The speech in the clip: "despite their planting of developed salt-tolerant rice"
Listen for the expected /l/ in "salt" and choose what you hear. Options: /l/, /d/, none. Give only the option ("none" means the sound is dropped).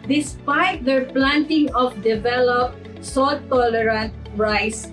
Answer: none